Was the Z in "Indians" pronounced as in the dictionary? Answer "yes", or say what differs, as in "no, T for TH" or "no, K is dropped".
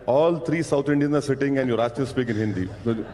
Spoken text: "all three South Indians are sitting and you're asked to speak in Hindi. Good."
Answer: no, Z is dropped